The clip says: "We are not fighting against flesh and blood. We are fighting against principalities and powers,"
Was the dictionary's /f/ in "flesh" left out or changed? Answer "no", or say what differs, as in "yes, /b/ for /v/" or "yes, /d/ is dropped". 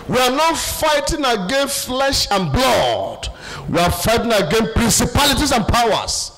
no